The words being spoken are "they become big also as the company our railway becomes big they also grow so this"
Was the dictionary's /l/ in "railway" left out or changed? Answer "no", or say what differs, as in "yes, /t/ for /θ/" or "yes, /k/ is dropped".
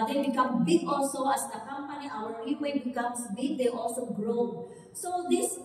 yes, /l/ is dropped